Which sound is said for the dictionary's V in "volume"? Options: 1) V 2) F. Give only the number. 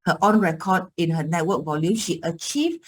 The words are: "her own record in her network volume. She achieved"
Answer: 1